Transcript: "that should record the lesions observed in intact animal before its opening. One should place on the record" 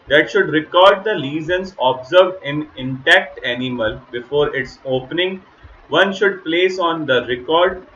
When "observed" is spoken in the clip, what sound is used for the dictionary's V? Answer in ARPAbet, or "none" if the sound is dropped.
V